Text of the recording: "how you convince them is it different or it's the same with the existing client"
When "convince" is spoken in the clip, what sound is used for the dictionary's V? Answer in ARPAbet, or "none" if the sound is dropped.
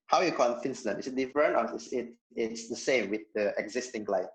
F